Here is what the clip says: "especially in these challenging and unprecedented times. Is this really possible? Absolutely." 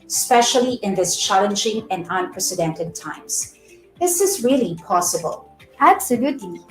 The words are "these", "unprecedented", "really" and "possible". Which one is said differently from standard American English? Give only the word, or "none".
these